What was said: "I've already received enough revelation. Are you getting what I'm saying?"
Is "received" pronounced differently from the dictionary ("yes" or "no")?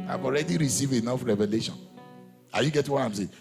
yes